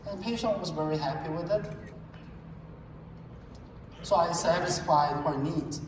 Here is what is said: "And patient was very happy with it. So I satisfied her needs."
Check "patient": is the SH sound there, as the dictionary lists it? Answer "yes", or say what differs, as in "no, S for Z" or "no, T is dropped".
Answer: yes